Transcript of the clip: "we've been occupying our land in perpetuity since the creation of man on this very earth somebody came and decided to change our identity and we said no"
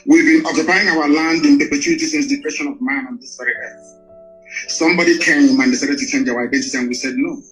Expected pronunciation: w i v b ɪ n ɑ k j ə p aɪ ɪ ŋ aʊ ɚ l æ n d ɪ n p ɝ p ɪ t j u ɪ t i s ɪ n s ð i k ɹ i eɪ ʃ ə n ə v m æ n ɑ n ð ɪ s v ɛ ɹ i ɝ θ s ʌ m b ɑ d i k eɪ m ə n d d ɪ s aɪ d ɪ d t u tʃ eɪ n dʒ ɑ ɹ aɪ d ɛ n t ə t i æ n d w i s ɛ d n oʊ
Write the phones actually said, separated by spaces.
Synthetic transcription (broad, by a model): w i v b ɪ n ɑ k j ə p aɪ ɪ ŋ aʊ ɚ l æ n d ɪ n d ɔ p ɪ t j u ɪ t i s ɪ n s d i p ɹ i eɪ ʃ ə n ə v m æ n ɑ n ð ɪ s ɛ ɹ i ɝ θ s ʌ m b ɑ d i k eɪ m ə n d d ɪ s aɪ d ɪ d t u tʃ eɪ n dʒ ɑ w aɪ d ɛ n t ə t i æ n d w i s ɛ d n oʊ